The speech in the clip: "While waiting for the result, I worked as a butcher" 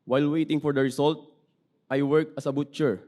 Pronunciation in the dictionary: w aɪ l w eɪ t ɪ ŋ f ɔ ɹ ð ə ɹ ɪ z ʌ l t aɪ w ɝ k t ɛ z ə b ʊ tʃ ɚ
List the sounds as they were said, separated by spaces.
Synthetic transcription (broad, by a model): w aɪ l w eɪ t ɪ ŋ f ɔ ɹ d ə ɹ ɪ s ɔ l t aɪ w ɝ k ʌ s ə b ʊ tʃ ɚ